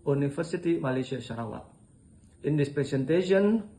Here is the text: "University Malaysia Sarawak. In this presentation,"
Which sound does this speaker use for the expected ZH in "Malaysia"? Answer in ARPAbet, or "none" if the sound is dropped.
S